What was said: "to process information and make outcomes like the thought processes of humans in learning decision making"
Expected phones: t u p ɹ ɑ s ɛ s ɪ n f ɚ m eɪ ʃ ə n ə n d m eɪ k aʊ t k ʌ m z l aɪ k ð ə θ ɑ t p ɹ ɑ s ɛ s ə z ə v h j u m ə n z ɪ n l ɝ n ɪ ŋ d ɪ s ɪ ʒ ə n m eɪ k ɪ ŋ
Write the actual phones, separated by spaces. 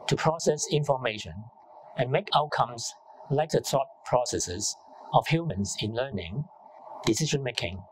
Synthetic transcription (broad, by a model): t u p ɹ ɑ s ɛ s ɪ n f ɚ m eɪ ʃ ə n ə n m eɪ k aʊ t k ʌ m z l aɪ k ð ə t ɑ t p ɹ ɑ s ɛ s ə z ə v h j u m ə n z ɪ n l ɝ n ɪ ŋ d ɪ s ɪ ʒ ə n m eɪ k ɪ ŋ